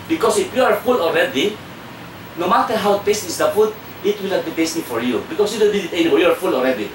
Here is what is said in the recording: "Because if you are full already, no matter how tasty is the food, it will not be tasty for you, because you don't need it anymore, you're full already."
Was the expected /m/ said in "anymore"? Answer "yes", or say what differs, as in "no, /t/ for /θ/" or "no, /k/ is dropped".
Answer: no, /m/ is dropped